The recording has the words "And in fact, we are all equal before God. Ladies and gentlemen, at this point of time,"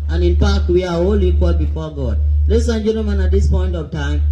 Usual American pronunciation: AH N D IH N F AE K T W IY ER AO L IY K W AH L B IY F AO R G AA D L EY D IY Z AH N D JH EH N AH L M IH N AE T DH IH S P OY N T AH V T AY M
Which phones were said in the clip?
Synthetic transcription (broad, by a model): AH N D IH N P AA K W IY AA AO L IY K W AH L B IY F AO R G AA D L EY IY S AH N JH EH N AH M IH N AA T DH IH S P OY N T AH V T AY M